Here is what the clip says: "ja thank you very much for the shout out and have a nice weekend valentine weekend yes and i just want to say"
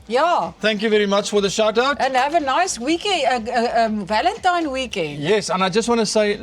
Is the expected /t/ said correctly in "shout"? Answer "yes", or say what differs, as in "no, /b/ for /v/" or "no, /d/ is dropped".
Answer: yes